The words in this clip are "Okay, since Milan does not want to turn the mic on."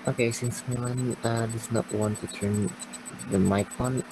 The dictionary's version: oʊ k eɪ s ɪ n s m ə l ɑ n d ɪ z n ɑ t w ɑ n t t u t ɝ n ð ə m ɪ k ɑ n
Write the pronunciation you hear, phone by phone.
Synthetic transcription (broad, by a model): oʊ k eɪ s ɪ n s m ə n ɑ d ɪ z n ɑ t w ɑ n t t u t ɝ n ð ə m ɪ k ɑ n